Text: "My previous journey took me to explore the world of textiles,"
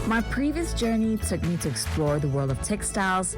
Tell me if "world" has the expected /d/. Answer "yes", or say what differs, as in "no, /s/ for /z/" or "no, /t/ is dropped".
yes